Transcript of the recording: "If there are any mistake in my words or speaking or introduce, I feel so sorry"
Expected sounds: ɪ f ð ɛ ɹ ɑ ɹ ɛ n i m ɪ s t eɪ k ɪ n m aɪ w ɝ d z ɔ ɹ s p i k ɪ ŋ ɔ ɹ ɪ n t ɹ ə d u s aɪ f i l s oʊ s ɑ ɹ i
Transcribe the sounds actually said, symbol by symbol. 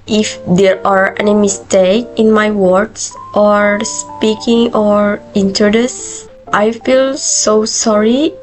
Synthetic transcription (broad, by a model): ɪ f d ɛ ɹ ɑ ɹ ɛ n i m ɪ s t eɪ k ɪ n m aɪ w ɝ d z ɔ ɹ s p i k ɪ ŋ ɔ ɹ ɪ n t ə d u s aɪ f i l s oʊ s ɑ ɹ i